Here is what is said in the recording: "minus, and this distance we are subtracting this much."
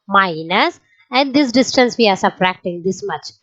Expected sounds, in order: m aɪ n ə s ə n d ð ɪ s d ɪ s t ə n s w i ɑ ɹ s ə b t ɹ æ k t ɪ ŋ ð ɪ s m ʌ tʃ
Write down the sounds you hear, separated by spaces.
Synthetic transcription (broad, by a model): m aɪ n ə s ə n d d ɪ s d ɪ s t ə n s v i ɑ ɹ s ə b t ɹ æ k t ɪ ŋ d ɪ s m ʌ tʃ